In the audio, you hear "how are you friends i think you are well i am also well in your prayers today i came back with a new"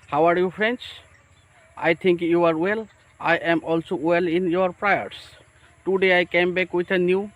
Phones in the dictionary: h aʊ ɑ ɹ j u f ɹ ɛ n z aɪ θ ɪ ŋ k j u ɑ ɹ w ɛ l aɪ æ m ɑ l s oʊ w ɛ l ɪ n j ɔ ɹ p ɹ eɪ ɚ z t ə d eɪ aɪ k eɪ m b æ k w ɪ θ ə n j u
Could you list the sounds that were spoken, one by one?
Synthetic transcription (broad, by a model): h aʊ ɑ ɹ j u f ɹ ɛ n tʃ aɪ t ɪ ŋ k j u ɑ ɹ w ɛ l aɪ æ m ɑ l s oʊ w ɛ l ɪ n j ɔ ɹ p ɹ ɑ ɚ s t ə d eɪ aɪ k eɪ m b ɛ k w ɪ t ə n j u